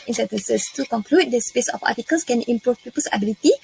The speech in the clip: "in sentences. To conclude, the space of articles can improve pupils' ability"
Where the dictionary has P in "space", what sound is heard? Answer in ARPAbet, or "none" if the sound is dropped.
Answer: P